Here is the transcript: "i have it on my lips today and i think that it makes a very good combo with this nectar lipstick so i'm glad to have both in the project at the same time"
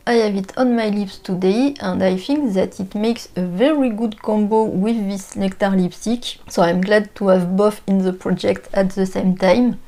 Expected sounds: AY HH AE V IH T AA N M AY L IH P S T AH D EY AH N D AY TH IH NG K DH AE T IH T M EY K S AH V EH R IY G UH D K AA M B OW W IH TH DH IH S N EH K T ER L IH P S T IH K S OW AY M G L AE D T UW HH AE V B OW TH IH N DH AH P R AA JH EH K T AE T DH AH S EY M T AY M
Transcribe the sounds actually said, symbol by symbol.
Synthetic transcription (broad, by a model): AY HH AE V IH T AA N M AY L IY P S T AH D EY AH N D AY TH IH NG K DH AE T IH T M EY K S AH V EH R IY G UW D K AA M B OW W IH DH IH S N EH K T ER L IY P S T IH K S OW AY M G L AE D T UW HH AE V B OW F IH N DH AH P R AA JH EH K T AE T DH AH S EY M T AY M